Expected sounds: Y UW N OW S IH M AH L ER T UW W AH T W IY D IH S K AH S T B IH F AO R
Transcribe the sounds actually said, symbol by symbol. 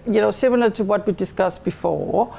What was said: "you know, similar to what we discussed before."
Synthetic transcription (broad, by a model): Y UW N OW S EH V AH N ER T UW W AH T W IY D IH S K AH S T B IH F AO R